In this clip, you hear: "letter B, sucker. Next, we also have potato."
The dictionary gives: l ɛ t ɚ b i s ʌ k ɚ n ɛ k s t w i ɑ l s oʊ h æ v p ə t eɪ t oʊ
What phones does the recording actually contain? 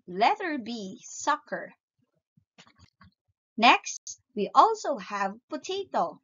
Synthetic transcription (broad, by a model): l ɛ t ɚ b i s ʌ k ɚ n ɛ k s t w i ɑ l s oʊ h æ v p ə t eɪ t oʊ